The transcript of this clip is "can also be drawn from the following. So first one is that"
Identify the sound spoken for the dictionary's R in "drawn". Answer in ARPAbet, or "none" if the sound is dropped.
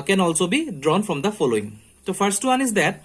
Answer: R